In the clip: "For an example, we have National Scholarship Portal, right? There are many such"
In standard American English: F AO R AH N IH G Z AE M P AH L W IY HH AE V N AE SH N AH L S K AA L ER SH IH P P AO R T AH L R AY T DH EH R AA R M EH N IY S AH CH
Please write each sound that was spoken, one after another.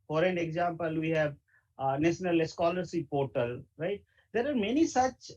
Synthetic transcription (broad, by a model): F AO R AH N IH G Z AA M P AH L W IY HH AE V N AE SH N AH L S K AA L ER S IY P P AO R T AH L R AY T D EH R AA R M EH N IY S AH CH